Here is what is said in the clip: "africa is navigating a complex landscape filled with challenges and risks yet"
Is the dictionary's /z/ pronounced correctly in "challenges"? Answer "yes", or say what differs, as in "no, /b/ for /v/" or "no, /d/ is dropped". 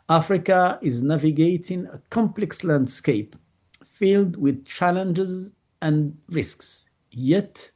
yes